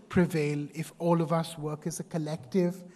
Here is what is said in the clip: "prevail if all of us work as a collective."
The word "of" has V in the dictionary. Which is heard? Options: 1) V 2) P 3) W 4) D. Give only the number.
1